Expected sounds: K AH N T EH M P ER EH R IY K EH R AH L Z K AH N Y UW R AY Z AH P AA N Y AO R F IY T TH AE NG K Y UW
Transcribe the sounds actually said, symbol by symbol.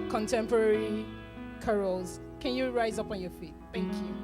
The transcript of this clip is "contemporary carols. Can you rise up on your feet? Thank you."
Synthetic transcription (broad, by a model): K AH N T EH M P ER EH R IY K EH R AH L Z K AH N Y UW R AY Z AH P AA N Y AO F IY T TH AE NG K Y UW